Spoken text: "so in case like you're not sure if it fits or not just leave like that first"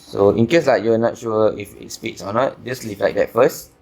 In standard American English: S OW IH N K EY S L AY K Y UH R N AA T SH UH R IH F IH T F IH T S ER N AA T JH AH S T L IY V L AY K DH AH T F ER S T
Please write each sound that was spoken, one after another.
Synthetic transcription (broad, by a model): S OW IH N K EY S L AY K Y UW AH N AA T SH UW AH IH F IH T P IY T S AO N AA T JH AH S L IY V L AY K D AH T F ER S T